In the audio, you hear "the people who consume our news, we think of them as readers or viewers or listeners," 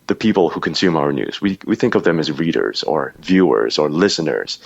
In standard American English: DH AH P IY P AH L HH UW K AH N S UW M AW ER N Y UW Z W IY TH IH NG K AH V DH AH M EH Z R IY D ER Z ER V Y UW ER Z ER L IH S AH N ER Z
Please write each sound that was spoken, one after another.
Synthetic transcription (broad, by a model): DH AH P IY P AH L HH UW K AH N S UW M AW ER N Y UW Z W IY TH IH NG K AH V DH AH M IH Z R IY D ER Z ER V Y UW ER Z ER L IH S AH N ER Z